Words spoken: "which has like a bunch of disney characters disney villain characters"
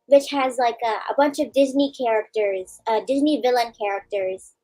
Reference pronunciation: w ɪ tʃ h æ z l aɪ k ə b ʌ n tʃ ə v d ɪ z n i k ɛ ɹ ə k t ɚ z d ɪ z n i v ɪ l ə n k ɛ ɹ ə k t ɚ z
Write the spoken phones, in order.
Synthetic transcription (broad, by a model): w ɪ tʃ h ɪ z l aɪ k ə b ʌ n tʃ ə v d ɪ z n i k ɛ ɹ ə k t ɚ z d ɪ z n i v ɪ l ə n k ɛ ɹ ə k t ɚ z